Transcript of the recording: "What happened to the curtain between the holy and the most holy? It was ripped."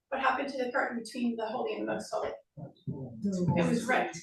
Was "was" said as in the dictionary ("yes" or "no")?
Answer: yes